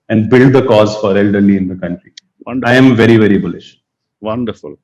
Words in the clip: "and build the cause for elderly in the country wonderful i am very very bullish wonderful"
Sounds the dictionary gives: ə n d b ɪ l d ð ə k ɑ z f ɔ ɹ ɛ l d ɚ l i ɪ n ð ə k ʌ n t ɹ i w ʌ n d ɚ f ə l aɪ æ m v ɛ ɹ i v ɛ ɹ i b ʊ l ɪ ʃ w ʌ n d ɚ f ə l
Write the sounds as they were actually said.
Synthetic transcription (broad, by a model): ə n d b ɪ l d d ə k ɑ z f ɔ ɹ ɛ l d ɚ l i ɪ n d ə k ʌ n t ɹ i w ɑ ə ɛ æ m v ɛ ɹ i v ɛ ɹ i b ʊ l ɪ ʃ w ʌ n d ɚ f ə l